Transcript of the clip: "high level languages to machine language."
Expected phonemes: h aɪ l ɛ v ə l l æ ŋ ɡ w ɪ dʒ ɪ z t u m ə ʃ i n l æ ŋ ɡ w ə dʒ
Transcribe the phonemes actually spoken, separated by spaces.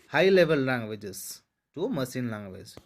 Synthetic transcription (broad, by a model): h aɪ l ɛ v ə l l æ ŋ ɡ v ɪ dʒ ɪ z t u m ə s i n l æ ŋ ɡ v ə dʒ